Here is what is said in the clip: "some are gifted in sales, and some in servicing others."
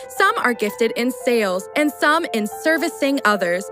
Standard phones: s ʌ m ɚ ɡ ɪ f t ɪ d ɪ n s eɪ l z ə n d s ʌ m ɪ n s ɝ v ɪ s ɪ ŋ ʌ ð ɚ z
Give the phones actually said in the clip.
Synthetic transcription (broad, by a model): s ʌ m ɚ ɡ ɪ f t ɪ d ɪ n s eɪ l z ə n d s ʌ m ɪ n s ɝ v ɪ s ɪ ŋ ʌ ð ɚ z